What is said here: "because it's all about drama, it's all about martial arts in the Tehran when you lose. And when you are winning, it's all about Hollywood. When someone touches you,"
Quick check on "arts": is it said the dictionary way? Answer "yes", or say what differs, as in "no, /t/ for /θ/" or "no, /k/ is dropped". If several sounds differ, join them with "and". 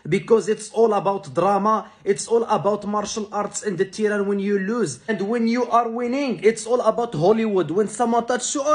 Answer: yes